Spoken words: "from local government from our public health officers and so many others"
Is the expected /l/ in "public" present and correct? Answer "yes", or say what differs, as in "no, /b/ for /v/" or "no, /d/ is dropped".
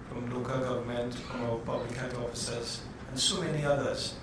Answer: yes